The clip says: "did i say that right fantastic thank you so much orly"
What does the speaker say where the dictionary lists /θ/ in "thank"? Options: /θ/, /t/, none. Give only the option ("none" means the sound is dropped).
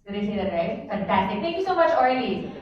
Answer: /t/